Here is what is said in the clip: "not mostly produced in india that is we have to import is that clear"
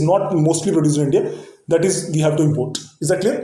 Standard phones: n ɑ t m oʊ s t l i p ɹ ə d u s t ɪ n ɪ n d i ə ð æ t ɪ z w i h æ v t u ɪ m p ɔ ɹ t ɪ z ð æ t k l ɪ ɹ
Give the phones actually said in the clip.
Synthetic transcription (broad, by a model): n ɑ t m oʊ s t l i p ɹ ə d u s ɪ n ɪ n d i ə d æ t ɪ z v i h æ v t u ɪ m p ɔ ɹ t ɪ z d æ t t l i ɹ